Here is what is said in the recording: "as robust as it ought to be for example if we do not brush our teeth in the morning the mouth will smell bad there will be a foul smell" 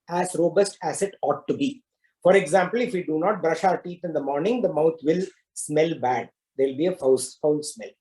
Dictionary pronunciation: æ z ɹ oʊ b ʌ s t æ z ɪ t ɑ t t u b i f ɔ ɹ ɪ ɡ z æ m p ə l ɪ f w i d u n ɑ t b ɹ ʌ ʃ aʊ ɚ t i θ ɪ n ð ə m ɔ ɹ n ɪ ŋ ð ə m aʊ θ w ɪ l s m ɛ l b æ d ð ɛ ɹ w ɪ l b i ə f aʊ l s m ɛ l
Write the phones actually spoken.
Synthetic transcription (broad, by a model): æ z ɹ oʊ b ʌ s t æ s ɪ t ɑ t t u b i f ɔ ɹ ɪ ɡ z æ m p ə l ɪ f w i d u n ɑ t b ɹ ʌ ʃ aʊ ɚ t i t ɪ n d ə m ɔ ɹ n ɪ ŋ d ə m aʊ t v ɪ l s m ɛ l b æ d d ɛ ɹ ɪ l b i ə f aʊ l s m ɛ l